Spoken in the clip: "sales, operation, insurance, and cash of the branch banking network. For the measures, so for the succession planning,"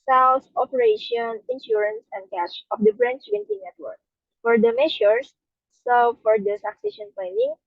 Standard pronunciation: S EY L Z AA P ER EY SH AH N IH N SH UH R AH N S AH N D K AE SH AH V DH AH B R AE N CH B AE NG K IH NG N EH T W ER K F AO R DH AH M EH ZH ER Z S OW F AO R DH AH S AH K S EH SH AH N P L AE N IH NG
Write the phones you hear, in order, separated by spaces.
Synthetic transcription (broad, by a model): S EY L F AA P ER EY SH AH N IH N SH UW R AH N S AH N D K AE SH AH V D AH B R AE N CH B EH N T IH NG N EH T W ER K F AO R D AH M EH SH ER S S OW F AO R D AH S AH K S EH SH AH N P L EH N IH NG